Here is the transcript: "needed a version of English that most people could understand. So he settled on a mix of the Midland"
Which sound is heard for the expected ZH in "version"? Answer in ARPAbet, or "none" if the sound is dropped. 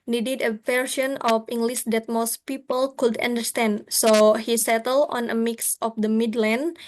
S